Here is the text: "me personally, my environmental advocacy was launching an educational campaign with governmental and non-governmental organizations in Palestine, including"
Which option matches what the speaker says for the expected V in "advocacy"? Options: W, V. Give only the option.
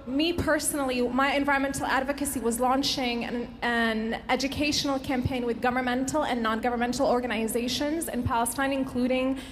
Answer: V